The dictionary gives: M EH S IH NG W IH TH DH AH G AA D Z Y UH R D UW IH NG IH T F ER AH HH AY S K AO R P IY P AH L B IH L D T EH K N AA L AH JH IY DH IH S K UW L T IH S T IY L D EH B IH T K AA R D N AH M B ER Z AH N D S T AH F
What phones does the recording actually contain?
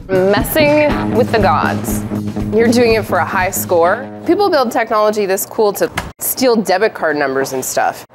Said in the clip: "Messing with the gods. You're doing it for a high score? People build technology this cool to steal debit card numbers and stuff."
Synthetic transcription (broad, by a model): M EH S IH NG W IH DH AH G AA D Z Y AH R D UW IH NG IH T F ER AH HH AY S K AO R P IY P L B IH L D T EH K N AA L AH JH IY DH IH S K UW L T IH S T IY L D EH B IH T K AA R D N AH M B ER Z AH N S T AH F